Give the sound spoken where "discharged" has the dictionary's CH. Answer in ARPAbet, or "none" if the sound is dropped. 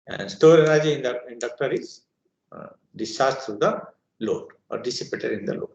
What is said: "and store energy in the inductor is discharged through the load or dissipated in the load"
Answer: none